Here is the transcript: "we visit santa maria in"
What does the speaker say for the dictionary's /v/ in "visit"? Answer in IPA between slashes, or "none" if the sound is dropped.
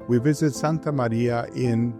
/v/